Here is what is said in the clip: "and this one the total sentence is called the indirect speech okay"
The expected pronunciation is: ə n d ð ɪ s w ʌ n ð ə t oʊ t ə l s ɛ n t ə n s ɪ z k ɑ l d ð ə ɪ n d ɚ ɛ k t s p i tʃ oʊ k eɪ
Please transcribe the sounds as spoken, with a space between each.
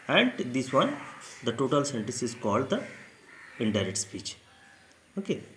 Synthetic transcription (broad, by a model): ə n d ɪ s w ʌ n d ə t oʊ t ə l s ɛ n t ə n s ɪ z k ɑ l d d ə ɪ n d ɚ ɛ t s p i tʃ oʊ k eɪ